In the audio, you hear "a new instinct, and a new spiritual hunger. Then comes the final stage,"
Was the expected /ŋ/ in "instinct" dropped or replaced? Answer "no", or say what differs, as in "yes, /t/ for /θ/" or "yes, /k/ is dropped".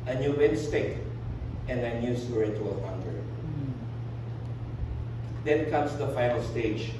yes, /ŋ/ is dropped